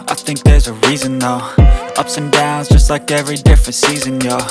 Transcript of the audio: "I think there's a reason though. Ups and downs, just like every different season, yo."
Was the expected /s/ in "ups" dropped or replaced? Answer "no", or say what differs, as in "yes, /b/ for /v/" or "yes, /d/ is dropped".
no